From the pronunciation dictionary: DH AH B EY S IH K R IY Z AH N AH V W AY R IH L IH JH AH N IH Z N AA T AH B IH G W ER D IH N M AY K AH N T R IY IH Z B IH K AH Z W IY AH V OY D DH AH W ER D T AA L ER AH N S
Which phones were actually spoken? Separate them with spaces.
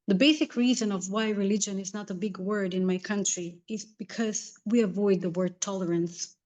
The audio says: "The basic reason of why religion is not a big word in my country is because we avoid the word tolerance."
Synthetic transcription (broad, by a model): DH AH B EY S IH K R IY Z AH N AH V W AY R IH L IH JH AH N IH Z N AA T AH B IH G W ER D IH N M AY K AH N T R IY IH Z B IH K AH Z W IY AH V OY D DH AH W ER D T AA L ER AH N S